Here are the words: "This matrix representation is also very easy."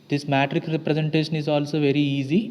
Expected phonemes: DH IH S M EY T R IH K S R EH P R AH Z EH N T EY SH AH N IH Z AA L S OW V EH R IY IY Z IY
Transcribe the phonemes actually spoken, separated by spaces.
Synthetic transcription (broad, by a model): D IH S M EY T R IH K R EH P R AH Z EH N T EY SH AH N IH Z AA L S OW V EH R IY IY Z IY